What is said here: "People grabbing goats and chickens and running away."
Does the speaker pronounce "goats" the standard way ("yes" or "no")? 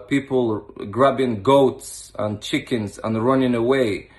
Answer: yes